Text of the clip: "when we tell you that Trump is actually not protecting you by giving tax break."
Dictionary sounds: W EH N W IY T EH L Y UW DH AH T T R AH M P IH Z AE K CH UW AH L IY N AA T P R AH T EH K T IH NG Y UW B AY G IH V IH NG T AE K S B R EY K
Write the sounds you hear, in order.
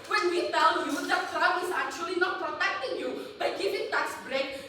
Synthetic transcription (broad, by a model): W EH N W IY T EH L Y UW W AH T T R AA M IH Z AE K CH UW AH L IY N AA T P R AH T EH K T IH NG Y UW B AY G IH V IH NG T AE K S B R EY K